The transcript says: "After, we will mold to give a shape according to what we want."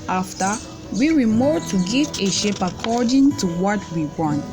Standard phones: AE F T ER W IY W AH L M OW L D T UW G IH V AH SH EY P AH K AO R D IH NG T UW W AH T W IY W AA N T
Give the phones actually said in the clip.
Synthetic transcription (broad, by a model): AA F T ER W IY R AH M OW D T UW G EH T AH SH EY P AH K AO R D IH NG T UW W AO T W IY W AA N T